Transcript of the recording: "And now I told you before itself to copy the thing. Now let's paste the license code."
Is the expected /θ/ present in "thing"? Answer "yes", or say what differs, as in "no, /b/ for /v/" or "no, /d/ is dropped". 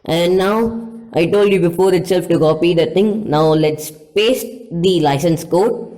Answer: no, /t/ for /θ/